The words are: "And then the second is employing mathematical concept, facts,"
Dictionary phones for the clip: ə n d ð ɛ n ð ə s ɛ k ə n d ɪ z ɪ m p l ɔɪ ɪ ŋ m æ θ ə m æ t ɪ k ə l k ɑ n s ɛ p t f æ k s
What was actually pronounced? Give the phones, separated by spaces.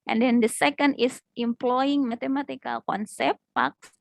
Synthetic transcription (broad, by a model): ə n d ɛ n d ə s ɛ k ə n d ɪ s ɪ m p l ɔɪ ɪ ŋ m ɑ t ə m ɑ t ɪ k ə l k ɑ n s ɛ p t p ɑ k s